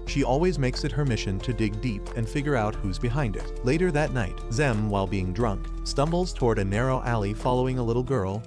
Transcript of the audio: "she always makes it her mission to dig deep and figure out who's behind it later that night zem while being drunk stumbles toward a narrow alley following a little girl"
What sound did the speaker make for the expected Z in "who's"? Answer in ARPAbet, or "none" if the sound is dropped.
Z